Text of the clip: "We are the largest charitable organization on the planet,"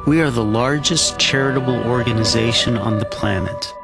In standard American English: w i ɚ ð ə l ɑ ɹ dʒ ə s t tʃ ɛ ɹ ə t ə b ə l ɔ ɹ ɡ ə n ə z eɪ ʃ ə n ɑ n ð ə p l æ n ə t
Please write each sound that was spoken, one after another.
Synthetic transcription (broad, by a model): w i ɚ ð ə l ɑ ɹ dʒ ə s tʃ ɛ ɹ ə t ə b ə l ɔ ɹ ɡ ə n ə z eɪ ʃ ə n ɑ n ð ə p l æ n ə t